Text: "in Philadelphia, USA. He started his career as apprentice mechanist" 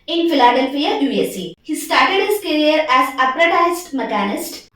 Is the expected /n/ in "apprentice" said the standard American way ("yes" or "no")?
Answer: no